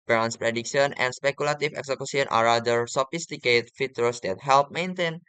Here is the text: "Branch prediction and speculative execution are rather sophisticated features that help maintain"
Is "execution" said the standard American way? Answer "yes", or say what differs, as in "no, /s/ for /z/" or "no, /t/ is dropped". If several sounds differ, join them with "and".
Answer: no, /s/ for /ʃ/